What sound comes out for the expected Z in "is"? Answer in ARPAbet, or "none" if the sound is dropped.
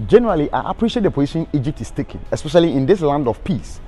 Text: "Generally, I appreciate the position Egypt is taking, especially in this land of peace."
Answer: S